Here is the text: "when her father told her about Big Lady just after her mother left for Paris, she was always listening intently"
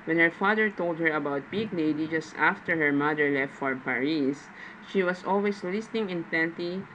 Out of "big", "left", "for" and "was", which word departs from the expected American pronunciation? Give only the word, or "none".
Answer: was